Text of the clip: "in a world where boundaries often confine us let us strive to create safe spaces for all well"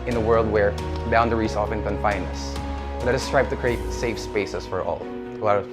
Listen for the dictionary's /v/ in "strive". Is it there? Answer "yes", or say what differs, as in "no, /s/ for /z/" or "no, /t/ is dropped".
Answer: no, /p/ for /v/